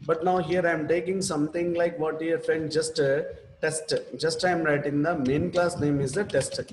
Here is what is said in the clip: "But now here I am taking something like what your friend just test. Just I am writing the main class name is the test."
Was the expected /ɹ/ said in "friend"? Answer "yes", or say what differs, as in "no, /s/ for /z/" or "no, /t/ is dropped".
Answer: no, /ɹ/ is dropped